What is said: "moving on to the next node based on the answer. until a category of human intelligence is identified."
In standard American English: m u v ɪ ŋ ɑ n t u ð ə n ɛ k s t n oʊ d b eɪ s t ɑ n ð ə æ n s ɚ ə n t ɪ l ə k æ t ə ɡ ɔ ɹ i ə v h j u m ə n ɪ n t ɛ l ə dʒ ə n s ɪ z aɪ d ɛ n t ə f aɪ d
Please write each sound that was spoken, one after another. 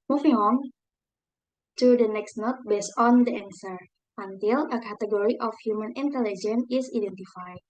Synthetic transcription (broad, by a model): m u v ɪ ŋ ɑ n t u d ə n ɛ k s t n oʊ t b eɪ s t ɑ n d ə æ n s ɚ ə n t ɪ l ə k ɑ t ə ɡ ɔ ɹ i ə f h j u m ə n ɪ n t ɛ l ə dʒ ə n ɪ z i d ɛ n t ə f aɪ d